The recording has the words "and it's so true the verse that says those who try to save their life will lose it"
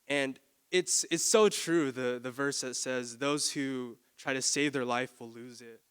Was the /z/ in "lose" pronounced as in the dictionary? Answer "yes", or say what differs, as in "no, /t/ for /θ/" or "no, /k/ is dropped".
yes